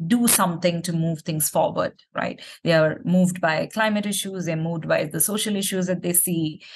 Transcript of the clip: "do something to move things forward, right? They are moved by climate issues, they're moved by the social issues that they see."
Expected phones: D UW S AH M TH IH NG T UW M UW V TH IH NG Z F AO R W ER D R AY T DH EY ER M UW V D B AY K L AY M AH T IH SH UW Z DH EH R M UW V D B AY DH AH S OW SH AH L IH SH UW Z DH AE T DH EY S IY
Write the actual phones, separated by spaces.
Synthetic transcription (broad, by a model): D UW S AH M T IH NG T UW M UW V T IH NG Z F AO R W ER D R AY T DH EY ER M UW V D B AY K L AY M AH T IH SH UW Z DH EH M UW V D B AY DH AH S OW SH AH L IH SH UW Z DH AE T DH EY S IY